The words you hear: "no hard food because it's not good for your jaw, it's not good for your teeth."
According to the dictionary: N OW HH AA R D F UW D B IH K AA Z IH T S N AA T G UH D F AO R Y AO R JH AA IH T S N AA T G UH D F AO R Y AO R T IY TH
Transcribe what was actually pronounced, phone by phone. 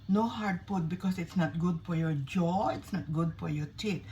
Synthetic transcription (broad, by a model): N OW HH AA R D P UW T B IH K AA S IH T S N AA T G UH D F AO R Y AO R JH AA IH T S N AA T G UH D F AO R Y AO R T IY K